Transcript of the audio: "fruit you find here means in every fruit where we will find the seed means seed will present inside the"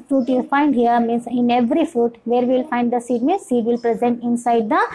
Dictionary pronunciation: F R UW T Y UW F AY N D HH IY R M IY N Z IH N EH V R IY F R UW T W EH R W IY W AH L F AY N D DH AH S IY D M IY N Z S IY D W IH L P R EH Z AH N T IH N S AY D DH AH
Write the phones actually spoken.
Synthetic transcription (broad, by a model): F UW T Y UW F AY N D HH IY R M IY N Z IH N EH V R IY F UW T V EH R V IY L F AY N D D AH S IY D M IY N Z S IY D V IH L P R EH Z AH N T IH N S AY D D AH